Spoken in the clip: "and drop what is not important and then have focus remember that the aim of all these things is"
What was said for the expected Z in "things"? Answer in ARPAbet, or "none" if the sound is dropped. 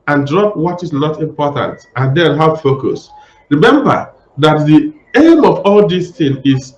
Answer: none